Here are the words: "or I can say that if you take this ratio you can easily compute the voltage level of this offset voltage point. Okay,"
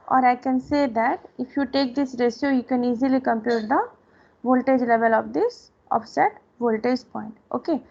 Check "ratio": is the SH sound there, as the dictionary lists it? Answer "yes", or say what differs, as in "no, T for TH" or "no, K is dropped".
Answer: no, S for SH